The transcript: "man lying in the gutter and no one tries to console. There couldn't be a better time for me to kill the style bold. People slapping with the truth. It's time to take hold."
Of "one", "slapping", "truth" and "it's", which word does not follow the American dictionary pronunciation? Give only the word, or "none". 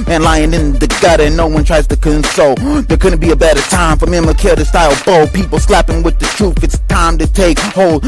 truth